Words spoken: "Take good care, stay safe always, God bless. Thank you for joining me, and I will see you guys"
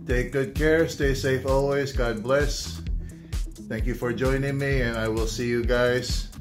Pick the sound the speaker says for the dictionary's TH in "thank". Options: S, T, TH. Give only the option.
TH